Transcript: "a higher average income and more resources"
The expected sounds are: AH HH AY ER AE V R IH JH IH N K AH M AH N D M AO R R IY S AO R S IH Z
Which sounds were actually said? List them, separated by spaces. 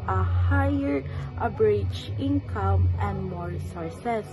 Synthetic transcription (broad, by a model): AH HH AY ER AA B R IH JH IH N K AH M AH N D M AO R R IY S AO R S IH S